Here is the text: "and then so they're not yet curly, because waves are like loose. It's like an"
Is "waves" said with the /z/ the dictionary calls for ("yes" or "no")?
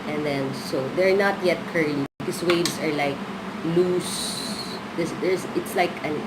no